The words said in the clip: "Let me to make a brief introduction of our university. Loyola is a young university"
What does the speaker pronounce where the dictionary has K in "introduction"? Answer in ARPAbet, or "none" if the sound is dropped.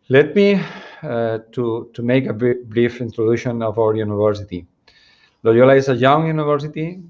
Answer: none